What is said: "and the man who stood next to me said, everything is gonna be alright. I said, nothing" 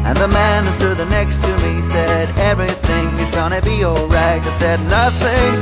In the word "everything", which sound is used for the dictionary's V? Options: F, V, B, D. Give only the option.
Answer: V